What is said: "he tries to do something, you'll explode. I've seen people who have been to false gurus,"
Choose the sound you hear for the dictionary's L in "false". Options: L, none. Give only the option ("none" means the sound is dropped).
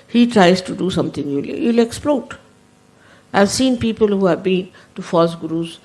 none